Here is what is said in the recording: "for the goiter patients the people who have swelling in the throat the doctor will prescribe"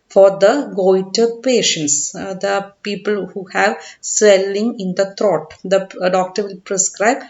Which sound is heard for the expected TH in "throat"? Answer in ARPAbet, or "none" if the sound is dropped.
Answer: T